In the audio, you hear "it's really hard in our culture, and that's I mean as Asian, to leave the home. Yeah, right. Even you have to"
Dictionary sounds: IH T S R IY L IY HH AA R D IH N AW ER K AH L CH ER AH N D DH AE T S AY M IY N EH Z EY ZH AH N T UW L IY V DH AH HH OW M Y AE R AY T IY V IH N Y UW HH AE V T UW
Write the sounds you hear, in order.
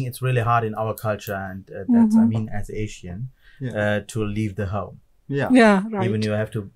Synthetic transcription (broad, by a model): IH T S R IY L IY HH AA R D IH N AW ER K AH L CH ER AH N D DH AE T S AY M IY N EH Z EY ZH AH N T UW L IY V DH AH HH OW M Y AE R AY IY V IH N Y UW HH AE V T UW